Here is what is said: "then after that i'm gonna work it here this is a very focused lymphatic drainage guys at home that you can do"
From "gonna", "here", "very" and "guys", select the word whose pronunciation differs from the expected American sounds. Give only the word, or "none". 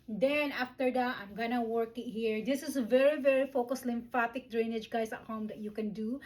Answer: guys